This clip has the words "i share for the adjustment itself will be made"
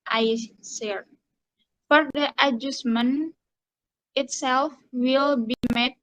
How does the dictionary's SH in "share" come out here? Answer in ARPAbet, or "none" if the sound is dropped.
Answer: S